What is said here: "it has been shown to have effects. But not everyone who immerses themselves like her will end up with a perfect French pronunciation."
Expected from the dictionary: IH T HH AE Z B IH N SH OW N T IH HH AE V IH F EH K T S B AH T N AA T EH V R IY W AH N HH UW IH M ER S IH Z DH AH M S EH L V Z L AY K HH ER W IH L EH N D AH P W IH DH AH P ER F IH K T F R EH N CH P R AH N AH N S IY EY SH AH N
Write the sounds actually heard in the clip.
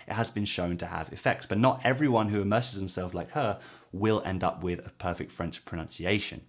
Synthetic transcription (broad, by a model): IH T HH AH Z B IH N SH OW N T IH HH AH V IH F EH K T S B AH T N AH T EH V R IY W AH N HH UW IH M ER S IH Z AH M S EH L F L AY K HH ER W IH L EH N D AH P W IH DH AH P ER F IH K T F R EH N CH P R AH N AH N S IY EY SH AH N